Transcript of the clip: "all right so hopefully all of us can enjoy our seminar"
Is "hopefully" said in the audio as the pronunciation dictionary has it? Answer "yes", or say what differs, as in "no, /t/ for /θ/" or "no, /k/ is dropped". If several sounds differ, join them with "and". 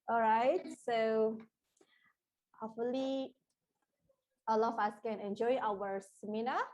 no, /p/ is dropped